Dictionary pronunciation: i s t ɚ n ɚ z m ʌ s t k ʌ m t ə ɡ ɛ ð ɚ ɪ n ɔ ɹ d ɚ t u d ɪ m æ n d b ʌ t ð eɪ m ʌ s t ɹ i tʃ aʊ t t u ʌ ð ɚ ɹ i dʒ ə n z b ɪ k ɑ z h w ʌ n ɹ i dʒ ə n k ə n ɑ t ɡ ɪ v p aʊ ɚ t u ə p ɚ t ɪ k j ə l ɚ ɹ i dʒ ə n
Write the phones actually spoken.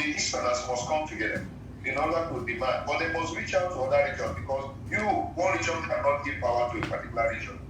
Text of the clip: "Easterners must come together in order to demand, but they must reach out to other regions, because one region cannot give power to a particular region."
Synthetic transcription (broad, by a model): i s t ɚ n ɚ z m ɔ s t k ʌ m t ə ɡ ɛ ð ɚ ɪ n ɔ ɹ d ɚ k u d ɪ m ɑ n d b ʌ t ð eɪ m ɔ s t ɹ i tʃ aʊ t t u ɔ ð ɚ ɹ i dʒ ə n b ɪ k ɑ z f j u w ɹ i dʒ ə n k ə n ɑ t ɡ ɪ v p aʊ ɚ t u ə p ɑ t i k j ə l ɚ ɹ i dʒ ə n